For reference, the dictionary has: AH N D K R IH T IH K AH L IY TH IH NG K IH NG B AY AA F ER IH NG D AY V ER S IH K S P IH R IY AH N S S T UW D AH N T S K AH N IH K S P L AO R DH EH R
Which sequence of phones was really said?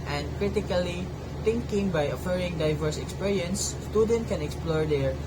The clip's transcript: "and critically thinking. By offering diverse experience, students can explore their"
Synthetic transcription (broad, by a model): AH N D K R IH T IH K AH L IY T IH NG K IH NG B AY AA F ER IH NG D AY V ER S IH K S P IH R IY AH N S S T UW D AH N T K AH N IH K S P L AO R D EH R